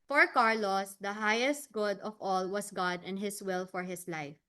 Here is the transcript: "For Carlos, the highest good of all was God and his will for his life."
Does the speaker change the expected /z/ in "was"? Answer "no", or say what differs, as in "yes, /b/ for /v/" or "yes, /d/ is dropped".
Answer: yes, /s/ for /z/